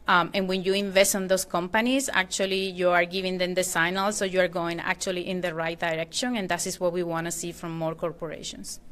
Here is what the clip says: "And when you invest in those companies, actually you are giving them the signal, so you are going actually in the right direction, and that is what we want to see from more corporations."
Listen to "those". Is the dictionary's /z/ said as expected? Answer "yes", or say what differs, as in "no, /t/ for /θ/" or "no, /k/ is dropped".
no, /s/ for /z/